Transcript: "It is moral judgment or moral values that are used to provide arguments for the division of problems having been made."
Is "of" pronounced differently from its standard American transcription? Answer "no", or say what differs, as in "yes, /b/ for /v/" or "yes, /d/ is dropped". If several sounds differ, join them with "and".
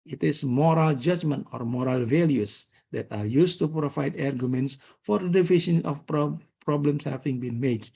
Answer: yes, /p/ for /v/